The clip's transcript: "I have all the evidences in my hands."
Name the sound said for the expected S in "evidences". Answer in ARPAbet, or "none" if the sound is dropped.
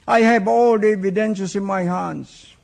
SH